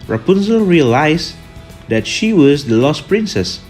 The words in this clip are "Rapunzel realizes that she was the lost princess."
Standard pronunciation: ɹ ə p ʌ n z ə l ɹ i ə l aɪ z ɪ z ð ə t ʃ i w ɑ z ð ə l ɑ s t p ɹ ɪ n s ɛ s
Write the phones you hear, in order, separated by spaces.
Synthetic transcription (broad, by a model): ɹ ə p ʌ n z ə ɹ i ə l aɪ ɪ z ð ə t ʃ i w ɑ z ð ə l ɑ s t p ɹ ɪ n s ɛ s